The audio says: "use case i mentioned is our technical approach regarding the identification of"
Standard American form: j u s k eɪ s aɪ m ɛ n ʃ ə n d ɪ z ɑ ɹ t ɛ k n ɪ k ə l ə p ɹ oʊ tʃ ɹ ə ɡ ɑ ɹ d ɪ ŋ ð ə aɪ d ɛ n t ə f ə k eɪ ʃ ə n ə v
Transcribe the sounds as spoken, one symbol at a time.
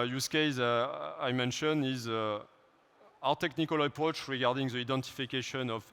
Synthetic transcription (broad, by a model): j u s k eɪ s aɪ m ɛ n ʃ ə n ɪ z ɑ w t ɛ k n ɪ k ə l ə p ɹ oʊ tʃ ɹ ə ɡ ɑ ɹ d ɪ ŋ ð ə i d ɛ n t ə f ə k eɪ ʃ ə n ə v